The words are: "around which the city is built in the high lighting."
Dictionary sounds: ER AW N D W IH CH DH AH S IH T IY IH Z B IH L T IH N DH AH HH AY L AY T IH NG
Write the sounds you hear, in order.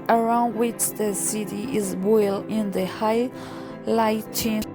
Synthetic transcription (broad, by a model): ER AW N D W IH CH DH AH S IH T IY IH Z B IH L IH N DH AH HH AY L AY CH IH